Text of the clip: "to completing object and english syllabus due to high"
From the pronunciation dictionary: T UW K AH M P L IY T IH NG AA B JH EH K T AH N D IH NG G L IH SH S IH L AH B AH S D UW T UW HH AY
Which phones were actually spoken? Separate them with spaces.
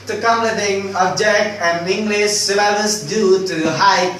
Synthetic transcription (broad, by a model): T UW K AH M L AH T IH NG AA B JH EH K AH N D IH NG G L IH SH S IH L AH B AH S D UW T UW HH AY